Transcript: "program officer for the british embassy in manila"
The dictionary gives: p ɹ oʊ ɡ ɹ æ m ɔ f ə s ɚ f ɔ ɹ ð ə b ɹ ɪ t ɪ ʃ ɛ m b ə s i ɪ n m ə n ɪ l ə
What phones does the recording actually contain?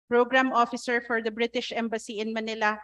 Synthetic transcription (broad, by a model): p ɹ oʊ ɡ ɹ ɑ m ɔ f ə s ɚ f ɔ ɹ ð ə b ɹ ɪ t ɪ ʃ ɛ m b ə s i ɪ n m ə n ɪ l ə